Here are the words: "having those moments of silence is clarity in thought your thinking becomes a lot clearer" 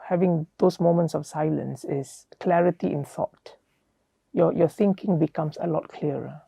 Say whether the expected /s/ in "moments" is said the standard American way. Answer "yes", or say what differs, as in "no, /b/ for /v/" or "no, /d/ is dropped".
yes